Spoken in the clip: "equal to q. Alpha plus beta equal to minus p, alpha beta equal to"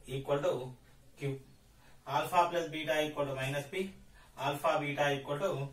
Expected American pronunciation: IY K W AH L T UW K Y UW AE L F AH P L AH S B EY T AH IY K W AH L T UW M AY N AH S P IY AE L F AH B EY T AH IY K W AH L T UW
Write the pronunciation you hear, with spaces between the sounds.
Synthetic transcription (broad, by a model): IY K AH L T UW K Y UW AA L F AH P L AH S B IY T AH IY K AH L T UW M AY N AH S P IY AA L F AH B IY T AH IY K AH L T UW